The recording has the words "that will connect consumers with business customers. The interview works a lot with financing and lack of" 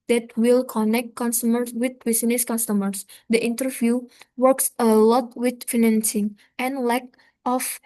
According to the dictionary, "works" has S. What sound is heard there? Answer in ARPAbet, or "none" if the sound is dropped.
S